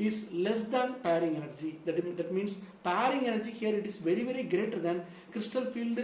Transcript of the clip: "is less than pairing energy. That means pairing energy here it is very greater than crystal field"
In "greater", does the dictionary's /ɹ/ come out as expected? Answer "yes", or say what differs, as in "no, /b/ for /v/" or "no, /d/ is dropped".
yes